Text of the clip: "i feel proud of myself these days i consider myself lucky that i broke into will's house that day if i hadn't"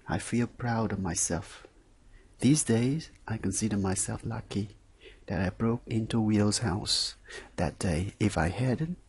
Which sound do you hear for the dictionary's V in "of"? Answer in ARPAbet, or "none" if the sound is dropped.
V